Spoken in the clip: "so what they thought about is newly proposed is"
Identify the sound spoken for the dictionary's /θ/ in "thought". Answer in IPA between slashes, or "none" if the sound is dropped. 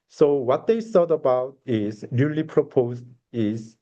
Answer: /s/